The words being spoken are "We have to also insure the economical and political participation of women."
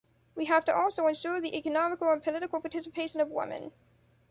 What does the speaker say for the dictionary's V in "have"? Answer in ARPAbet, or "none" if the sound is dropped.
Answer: F